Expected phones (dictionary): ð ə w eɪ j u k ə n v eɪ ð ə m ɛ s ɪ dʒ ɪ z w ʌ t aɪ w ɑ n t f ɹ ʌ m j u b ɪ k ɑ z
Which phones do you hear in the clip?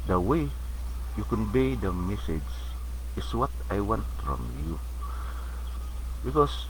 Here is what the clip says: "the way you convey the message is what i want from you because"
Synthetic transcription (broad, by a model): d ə w eɪ j u k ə n b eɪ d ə m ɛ s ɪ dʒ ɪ s w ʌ t aɪ w ɑ n t f ɹ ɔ m j u b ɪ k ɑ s